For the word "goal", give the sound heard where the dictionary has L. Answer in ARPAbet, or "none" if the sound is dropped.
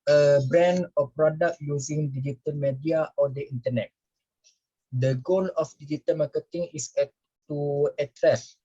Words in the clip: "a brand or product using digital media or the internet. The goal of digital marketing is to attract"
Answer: N